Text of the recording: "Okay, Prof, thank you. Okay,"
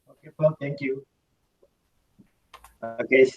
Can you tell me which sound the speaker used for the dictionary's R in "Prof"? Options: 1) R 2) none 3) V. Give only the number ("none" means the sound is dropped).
2